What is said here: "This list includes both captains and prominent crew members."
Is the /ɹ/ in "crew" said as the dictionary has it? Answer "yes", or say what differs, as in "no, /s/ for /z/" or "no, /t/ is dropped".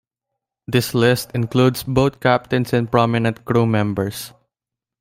yes